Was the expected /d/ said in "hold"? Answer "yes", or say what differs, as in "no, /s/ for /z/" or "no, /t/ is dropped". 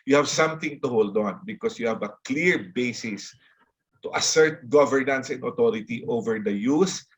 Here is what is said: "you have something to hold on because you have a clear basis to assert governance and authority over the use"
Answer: yes